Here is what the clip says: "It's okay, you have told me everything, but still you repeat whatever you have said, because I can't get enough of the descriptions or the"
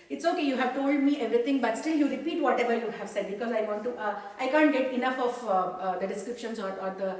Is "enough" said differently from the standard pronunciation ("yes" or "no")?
no